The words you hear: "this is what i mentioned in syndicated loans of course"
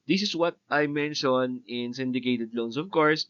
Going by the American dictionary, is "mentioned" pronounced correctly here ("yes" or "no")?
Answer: no